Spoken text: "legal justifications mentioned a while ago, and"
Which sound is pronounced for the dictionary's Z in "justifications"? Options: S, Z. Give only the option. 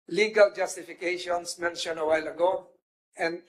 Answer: S